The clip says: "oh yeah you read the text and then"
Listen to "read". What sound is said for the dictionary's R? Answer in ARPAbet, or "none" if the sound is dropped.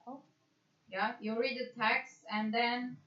R